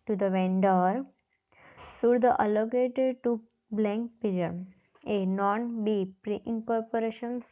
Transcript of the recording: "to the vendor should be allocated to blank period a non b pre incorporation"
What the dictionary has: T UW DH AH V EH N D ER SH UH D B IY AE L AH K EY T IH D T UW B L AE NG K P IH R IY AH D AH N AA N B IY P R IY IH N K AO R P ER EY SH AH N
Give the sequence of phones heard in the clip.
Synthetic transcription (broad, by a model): T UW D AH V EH N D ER S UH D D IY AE L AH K EY T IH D T UW B L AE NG K P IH R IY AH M AH N AA N B IY P R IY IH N K AO R P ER EY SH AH N